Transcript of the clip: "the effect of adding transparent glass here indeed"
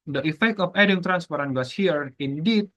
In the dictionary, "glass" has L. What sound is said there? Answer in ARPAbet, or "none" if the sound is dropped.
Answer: none